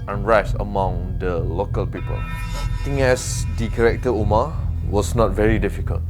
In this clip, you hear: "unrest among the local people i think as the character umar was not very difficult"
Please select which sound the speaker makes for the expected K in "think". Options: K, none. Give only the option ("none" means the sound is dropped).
none